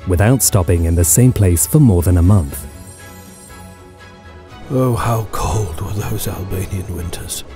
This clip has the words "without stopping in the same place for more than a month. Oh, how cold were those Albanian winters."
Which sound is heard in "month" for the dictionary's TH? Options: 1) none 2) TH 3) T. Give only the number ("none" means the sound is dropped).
2